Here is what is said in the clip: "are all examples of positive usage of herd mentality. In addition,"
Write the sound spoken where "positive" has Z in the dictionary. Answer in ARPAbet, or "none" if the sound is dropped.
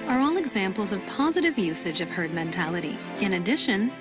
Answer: Z